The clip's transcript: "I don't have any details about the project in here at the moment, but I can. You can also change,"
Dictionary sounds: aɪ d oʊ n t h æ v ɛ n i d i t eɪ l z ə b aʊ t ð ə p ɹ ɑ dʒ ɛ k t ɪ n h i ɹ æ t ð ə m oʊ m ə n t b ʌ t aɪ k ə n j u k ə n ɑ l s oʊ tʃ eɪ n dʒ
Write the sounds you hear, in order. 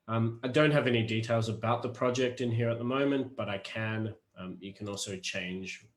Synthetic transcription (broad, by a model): aɪ d oʊ n t h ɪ v ɛ n i d i t eɪ l z ə b aʊ t ð ə p ɹ ɑ dʒ ɛ k t ɪ n h i ɹ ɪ t ð ə m oʊ m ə n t b ʌ t aɪ k ə n j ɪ k ə n ɑ l s oʊ tʃ eɪ n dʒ